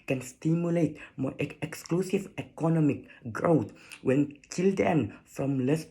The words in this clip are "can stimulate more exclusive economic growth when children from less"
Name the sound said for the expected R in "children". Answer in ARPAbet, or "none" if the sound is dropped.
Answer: none